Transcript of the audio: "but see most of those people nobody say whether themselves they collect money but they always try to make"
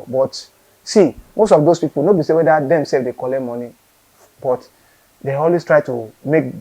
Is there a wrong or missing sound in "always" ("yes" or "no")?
yes